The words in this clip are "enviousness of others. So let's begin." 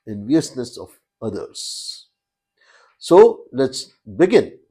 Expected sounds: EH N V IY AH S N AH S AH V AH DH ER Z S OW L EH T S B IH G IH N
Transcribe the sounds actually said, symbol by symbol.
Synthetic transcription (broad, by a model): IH N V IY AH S N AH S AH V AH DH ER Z S OW L EH T S B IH G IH N